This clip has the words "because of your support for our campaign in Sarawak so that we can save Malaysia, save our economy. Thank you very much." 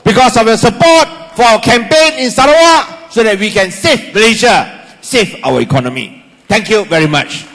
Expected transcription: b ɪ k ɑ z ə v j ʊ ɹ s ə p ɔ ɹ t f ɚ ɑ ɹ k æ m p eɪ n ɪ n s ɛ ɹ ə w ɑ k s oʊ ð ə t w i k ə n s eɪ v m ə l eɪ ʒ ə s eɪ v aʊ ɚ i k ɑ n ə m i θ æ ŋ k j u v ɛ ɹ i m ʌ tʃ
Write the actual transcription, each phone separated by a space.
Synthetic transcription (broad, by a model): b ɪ k ɑ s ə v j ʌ s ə p ɔ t f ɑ k æ m p eɪ n ɪ n s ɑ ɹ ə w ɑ s oʊ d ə t w i k ə n s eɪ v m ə l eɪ ʃ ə s eɪ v aʊ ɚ i k ɑ n ə m i t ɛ ŋ k j u v ɛ ɹ i m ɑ tʃ